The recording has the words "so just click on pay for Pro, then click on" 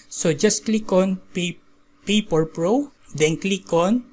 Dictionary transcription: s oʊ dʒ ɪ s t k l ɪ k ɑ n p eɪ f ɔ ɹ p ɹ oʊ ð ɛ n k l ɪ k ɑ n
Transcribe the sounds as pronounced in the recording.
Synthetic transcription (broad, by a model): s oʊ dʒ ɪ s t k l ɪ k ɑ n p eɪ p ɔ ɹ p ɹ oʊ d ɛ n k l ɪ k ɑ n